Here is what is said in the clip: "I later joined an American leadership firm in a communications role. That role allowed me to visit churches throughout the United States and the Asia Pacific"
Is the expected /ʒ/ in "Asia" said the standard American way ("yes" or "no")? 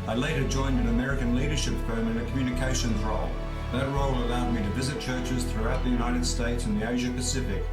yes